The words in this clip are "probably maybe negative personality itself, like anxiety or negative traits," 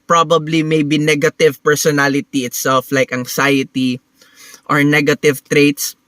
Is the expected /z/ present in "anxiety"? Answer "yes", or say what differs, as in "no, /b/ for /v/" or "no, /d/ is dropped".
no, /s/ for /z/